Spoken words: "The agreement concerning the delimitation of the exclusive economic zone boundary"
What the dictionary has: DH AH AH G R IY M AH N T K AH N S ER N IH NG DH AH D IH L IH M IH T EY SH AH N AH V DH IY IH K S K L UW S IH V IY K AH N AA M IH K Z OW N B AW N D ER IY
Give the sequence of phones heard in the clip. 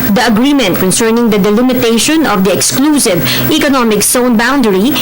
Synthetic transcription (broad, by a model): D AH AH G R IY M AH N T K AH N S ER N IH NG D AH D IH L IH M IH T EY SH AH N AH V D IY IH K S K L UW S IH V IY K AH N AA M IH K S OW N B AW N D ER IY